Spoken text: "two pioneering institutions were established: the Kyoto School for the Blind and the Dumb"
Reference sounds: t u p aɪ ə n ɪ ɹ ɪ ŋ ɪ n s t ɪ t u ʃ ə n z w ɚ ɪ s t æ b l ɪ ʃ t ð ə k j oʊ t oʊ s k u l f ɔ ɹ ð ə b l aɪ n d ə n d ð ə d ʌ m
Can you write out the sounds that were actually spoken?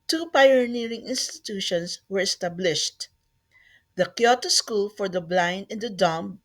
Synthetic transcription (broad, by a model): t u p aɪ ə n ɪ ɹ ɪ ŋ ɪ n s t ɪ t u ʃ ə n s w ɚ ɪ s t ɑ b l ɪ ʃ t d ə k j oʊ t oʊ s k u l f ɔ ɹ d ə b l aɪ n d ə n d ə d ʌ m